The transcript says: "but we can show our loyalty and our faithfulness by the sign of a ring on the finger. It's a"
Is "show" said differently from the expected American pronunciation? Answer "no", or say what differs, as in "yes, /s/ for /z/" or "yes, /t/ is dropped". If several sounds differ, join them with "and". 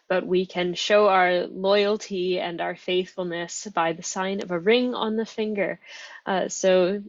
no